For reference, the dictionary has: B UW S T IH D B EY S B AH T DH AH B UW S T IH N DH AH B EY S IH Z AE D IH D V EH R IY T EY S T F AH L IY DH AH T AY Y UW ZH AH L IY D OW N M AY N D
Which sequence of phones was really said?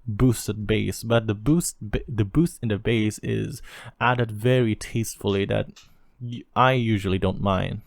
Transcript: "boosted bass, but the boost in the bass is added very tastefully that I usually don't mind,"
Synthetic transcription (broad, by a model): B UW S T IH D B EY S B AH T DH AH B UW S T IH N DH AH B EY S IH Z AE D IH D V EH R IY T EY S T F L IY DH AH T AY Y UW ZH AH L IY D OW N M AY N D